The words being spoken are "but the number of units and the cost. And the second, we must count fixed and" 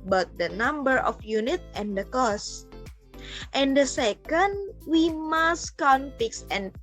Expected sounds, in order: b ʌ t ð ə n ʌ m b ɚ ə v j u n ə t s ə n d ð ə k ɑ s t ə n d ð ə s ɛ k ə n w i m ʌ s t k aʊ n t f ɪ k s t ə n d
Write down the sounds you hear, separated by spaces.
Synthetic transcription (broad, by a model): b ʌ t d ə n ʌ m b ɚ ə f j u n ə t ə n d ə k ɑ s t ə n d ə s ɛ k ə n w i m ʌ s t k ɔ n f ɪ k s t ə n